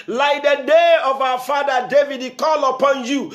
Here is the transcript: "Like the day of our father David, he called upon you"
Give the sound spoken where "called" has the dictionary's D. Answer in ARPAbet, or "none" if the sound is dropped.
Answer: none